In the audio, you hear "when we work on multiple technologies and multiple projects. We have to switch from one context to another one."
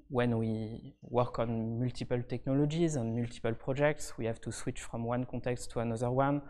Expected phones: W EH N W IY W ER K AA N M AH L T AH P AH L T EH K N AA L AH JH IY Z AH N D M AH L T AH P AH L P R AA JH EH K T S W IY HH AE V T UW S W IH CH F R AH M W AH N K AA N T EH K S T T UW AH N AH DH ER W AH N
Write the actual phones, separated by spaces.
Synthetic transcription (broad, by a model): W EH N W IY W ER K AA N M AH L T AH P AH L T EH K N AA L AH JH IY Z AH N M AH L T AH P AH L P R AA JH EH K T S W IY HH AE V T UW S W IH CH F R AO M W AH N K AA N T EH K S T T UW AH N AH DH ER W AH N